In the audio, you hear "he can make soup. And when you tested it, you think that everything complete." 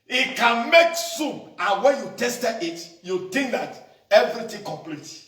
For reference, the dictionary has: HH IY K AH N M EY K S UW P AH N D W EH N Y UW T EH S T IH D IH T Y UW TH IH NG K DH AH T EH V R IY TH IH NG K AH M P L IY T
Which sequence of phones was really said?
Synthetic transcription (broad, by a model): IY K AH N M EY K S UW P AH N W EH N Y UW T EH S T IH IH T Y UW T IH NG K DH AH T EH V R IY T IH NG K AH M P L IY T